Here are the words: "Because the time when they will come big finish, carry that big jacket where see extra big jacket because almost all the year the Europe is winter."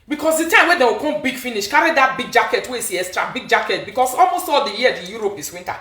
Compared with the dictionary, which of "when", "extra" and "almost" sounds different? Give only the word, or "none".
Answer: extra